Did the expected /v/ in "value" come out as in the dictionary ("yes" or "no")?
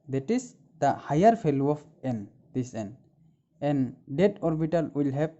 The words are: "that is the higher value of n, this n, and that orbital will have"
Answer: no